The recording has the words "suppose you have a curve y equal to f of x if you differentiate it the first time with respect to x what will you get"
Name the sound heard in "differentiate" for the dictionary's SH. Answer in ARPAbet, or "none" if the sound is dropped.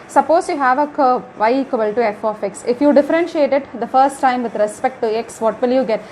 SH